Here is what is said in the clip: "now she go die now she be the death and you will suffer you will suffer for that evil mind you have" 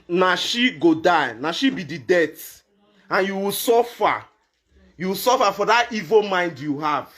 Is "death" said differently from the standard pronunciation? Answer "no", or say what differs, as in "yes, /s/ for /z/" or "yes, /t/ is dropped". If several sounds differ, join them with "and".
yes, /t/ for /θ/